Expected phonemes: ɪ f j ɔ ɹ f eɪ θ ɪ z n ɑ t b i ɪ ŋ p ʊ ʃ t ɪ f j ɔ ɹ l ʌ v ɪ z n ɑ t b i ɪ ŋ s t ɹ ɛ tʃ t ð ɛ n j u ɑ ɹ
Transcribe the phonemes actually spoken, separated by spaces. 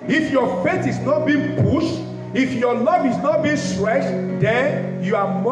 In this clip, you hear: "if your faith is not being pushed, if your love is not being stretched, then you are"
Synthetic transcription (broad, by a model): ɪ f j ɔ f eɪ t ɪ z n ɑ t b i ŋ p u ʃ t ɪ f j ɔ l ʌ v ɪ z n ɑ t b i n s t ɹ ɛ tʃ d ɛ n j u ɑ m